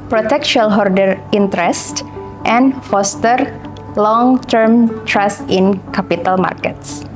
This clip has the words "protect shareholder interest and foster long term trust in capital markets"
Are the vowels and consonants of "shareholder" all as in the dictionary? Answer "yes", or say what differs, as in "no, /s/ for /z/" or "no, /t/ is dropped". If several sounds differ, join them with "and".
no, /l/ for /ɹ/